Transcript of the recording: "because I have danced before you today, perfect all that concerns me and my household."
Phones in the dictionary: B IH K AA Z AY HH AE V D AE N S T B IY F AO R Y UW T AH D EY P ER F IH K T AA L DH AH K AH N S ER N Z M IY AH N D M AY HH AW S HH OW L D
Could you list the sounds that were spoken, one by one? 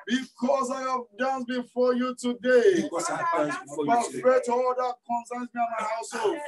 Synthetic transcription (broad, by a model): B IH K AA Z AY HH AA V D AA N B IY F AO Y UW T AH D EY B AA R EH T AA L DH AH K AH N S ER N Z M IY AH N M AY HH AW S HH OW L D